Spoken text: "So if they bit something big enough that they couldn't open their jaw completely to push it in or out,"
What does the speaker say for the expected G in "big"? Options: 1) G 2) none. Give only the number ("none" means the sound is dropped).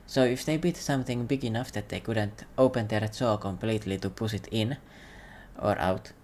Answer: 1